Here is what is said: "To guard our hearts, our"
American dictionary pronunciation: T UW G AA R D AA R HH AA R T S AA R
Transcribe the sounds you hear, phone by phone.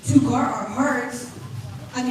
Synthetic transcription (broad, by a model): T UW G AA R AA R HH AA R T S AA